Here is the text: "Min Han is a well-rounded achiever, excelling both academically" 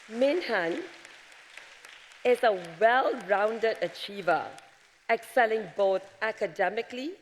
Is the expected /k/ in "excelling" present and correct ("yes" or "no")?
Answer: yes